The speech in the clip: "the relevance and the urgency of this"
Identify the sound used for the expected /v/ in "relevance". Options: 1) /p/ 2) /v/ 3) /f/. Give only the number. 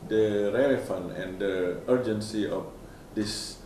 3